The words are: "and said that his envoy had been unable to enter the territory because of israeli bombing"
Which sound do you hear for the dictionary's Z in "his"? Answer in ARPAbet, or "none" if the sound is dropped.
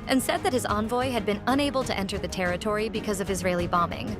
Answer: Z